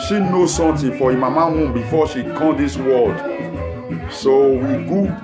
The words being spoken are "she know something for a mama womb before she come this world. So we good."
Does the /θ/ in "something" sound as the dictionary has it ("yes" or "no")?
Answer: no